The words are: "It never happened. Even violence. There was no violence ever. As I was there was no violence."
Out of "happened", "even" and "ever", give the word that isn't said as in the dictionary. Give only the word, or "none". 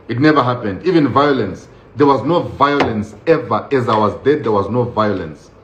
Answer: none